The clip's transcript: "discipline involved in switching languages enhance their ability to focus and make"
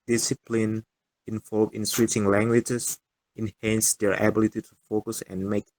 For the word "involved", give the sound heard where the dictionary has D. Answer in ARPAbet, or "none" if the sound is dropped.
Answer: none